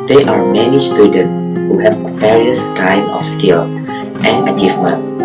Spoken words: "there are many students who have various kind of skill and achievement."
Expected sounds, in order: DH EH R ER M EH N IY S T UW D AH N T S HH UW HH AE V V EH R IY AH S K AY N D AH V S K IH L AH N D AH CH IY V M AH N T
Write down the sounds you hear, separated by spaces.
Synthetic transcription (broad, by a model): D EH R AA M EH N IY S T UW D AH N T S HH UW HH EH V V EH R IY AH S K AY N AH F S K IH L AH N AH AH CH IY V M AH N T